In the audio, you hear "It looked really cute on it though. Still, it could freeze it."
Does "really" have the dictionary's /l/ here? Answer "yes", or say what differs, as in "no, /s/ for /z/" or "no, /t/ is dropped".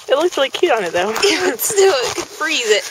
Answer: no, /l/ is dropped